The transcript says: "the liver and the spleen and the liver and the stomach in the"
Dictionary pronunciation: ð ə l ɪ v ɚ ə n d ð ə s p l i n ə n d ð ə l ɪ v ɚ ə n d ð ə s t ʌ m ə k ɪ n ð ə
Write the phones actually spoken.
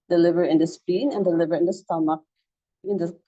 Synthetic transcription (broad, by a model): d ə l ɪ v ɚ ə n d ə s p i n ə n d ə l ɪ v ɚ ə n d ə s t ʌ m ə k ɪ n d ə